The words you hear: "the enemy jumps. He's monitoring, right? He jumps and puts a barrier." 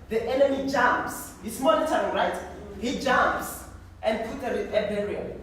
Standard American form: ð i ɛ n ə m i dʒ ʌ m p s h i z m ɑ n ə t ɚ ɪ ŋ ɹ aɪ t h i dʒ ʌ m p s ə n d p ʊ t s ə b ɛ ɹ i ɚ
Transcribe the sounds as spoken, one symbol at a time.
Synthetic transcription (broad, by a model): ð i ɛ n ə m i dʒ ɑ m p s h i s m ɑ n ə t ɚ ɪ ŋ ɹ aɪ t h i dʒ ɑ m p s ə n d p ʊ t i ə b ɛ ɹ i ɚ